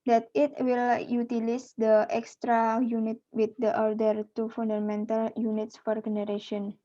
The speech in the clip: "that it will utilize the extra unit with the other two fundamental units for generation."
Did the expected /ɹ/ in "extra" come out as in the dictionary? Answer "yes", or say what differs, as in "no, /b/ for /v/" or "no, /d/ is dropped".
yes